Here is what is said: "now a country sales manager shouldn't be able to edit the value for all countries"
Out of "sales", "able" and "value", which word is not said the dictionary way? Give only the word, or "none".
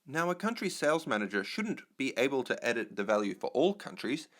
none